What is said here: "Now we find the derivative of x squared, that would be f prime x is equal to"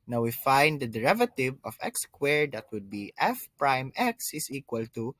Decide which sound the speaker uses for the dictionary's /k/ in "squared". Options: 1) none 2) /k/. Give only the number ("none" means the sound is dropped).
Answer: 2